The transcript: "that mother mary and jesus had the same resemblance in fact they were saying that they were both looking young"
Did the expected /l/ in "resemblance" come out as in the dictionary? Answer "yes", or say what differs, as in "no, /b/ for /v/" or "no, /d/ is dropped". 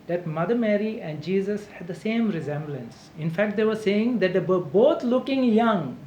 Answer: yes